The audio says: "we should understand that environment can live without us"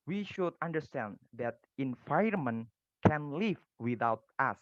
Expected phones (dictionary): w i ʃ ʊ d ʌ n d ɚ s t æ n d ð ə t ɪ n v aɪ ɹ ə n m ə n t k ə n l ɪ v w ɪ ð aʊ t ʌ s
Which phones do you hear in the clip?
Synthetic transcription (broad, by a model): w i ʃ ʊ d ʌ n d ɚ s t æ n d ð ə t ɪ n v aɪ ə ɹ m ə n k ə n l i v w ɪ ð aʊ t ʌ s